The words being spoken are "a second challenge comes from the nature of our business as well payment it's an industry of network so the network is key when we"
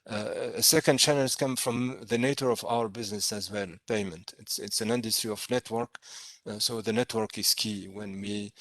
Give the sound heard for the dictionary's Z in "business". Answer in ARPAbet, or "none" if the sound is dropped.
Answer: Z